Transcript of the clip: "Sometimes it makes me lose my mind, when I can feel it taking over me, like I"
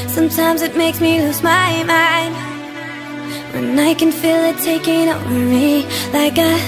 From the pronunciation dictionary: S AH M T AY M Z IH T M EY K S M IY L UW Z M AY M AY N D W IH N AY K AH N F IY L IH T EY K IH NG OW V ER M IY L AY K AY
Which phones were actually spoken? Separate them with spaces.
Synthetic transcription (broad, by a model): S AH M T AY M Z IH T M EY K S M IY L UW S M AY M AY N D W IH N AY K AH N F IY L IH T EY K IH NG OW W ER M IY L AY K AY